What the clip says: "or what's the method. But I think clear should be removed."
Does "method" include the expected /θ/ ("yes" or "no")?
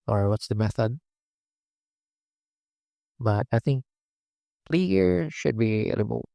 yes